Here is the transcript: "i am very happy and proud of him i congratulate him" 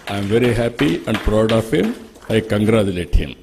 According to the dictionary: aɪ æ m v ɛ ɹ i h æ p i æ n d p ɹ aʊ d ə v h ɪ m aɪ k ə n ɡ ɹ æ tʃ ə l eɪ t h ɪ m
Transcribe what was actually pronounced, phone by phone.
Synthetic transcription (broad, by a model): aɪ m v ɛ ɹ i h æ p i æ n d p ɹ aʊ d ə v h ɪ m aɪ k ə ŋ ɡ ɹ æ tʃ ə l eɪ t h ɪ m